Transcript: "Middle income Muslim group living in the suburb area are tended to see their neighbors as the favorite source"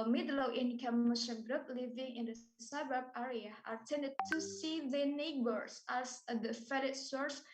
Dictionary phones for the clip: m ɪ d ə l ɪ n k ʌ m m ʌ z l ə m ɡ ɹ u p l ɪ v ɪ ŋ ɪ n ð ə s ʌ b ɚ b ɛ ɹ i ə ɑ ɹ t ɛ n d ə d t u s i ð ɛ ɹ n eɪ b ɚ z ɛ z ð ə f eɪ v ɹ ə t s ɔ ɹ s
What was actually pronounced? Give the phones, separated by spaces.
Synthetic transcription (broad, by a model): m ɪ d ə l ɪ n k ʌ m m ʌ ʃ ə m ɡ ɹ u p l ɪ v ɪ ŋ ɪ n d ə s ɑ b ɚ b ɛ ɹ i ə ɑ ɹ t ɛ n d ə d t u s i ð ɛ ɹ n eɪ b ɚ s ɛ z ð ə f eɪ ɹ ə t s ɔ ɹ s